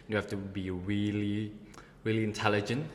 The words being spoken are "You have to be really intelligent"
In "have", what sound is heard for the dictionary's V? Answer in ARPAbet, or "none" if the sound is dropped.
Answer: F